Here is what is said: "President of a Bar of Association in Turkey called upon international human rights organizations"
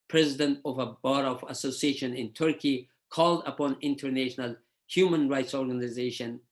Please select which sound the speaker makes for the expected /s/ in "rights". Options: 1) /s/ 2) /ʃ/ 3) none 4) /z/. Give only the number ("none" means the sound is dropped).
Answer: 1